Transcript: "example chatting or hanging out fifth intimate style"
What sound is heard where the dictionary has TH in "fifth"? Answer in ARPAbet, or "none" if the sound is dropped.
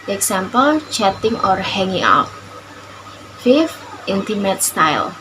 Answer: F